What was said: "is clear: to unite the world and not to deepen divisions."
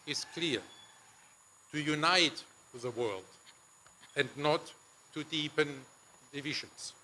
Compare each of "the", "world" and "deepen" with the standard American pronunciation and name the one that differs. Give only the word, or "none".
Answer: none